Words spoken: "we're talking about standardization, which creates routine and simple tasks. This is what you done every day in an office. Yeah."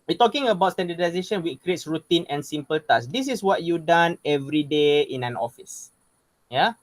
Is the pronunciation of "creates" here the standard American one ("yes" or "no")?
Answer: yes